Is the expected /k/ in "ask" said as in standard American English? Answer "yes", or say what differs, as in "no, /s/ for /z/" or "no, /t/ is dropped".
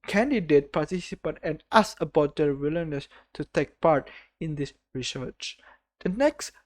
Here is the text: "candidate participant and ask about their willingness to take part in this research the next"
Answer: no, /k/ is dropped